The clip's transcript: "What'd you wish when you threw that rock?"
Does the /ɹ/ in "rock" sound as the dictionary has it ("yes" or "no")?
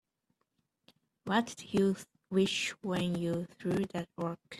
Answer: no